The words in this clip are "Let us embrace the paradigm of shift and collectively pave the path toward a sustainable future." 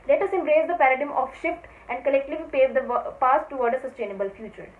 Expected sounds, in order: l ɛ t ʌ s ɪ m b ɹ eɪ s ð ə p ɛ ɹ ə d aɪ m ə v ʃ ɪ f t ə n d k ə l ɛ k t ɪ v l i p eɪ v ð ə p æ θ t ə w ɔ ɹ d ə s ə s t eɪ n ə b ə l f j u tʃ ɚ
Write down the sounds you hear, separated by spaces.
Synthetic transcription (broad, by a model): l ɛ t ʌ s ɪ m b ɹ eɪ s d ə p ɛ ɹ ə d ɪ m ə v ʃ ɪ f t ə n d k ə l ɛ k t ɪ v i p eɪ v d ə p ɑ s t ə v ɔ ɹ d ə s ə s t eɪ n ə b ə l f j u tʃ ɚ